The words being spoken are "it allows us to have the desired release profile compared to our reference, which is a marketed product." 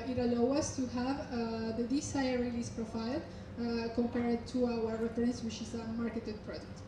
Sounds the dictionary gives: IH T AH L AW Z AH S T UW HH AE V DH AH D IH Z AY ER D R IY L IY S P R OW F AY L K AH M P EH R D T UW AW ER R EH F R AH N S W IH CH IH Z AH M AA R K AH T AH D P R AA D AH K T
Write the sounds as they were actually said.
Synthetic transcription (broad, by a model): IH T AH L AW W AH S T UW HH AE V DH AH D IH S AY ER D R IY L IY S P R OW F AY L K AH M P EH R D T UW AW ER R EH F R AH N S W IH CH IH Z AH M AA R K AH T AH D P R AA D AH K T